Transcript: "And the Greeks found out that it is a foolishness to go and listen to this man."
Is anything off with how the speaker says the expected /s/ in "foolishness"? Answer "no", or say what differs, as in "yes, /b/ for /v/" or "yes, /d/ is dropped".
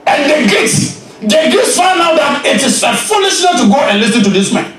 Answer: yes, /s/ is dropped